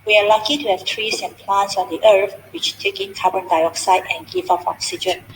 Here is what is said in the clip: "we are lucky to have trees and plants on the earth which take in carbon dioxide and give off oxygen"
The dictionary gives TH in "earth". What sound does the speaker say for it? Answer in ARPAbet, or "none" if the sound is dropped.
F